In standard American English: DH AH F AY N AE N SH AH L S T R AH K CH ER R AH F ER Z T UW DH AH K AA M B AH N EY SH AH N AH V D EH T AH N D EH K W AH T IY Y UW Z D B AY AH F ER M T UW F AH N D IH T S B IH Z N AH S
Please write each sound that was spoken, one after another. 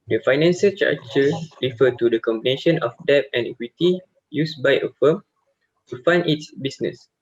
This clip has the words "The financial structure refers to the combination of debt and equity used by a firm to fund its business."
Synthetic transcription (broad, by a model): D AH F AY N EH N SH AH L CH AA CH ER R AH F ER T UW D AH K AA M B AH N EY SH AH N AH F D EH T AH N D EH K W AH T IY Y UW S B AY AH F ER M T UW F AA N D IH T S B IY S N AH S